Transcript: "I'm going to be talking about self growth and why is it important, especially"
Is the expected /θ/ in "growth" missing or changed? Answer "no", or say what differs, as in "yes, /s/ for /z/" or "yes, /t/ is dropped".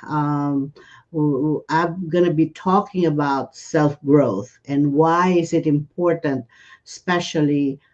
no